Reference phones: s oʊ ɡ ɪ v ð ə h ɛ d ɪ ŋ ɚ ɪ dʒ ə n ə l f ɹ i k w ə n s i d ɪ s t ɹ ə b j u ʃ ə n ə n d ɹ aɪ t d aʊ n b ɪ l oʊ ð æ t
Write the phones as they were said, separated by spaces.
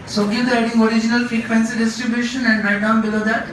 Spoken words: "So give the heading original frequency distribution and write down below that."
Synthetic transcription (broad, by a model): s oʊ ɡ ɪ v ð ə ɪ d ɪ ŋ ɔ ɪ dʒ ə n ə l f i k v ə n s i d ɪ s t ɹ ə b j u ʃ ə n ə n d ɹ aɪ d aʊ n b ɪ l oʊ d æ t